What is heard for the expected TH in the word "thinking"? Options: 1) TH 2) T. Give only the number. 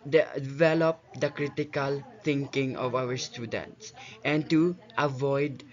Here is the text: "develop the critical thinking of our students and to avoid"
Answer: 2